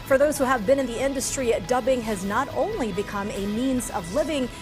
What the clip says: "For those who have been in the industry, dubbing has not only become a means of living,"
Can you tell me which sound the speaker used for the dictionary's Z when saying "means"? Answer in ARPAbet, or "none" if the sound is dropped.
Z